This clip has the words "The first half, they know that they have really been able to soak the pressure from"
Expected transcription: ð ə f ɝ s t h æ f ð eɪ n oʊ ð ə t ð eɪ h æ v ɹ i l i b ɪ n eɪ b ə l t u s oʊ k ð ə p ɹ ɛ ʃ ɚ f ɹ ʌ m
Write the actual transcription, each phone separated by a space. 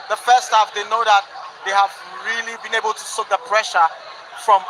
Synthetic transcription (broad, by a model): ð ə f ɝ s t h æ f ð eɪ n oʊ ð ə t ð eɪ h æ v ɹ i l i b ɪ n eɪ b ə l t u s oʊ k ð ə p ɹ ɛ ʃ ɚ f ɹ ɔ m